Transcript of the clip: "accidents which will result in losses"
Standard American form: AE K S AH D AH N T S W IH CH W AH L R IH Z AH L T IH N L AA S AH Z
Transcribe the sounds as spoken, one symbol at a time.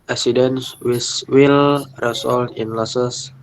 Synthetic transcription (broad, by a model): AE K S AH D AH N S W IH S W AH L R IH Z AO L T IH N L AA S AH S